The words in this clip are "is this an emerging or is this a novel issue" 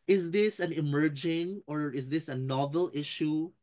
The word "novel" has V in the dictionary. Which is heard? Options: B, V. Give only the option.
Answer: V